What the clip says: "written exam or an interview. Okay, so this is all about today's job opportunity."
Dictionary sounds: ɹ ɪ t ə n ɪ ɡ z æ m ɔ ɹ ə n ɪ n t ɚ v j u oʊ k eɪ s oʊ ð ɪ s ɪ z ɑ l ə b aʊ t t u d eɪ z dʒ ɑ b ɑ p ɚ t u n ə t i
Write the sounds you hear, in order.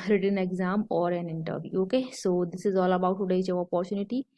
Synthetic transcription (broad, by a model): ɹ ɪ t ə n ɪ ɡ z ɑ m ɔ ɹ ə n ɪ n t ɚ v j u oʊ k eɪ s oʊ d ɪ s ɪ z ɑ l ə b aʊ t t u d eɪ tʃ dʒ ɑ ɑ p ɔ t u n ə t i